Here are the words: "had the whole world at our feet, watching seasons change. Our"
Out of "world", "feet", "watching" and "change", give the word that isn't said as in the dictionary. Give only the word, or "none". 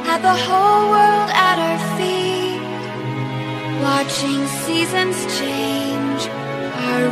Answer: none